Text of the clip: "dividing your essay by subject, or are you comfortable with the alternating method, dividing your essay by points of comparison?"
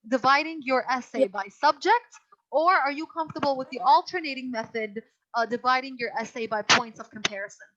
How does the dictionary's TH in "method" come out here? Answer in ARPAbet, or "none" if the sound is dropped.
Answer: TH